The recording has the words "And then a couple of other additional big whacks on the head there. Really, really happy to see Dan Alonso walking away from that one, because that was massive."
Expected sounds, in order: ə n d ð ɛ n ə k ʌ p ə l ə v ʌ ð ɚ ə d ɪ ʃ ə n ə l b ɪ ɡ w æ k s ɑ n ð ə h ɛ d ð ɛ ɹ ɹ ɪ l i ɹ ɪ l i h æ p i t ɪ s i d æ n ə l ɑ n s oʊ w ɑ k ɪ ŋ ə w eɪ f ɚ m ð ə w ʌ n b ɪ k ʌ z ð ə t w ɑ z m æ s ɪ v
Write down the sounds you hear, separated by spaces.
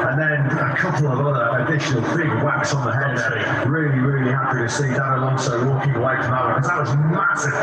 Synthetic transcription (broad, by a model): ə n ð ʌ n ə k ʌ p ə l ə v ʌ ð ɚ ə d ɪ ʃ ə n ə l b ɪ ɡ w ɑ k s n ð ə h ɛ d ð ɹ ɹ ɪ l i ɹ ɪ l i h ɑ p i t ɪ s i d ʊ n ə l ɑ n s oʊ w ɑ k ɪ ŋ ə w eɪ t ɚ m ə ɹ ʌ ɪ k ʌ z ð ə t w ɑ z m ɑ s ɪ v